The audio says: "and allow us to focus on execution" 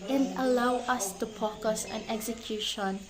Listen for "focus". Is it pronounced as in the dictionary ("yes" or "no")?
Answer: no